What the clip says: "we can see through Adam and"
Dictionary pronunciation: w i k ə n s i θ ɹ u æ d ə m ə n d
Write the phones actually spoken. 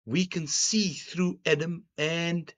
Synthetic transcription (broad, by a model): w i k ə n s i θ ɹ u æ d ə m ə n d